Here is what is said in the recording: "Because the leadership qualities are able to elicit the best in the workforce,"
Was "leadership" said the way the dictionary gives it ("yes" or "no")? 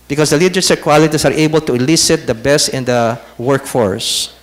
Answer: no